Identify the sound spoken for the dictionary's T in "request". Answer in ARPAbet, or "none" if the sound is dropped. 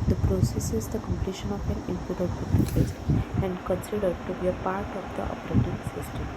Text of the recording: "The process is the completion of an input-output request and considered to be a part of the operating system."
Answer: none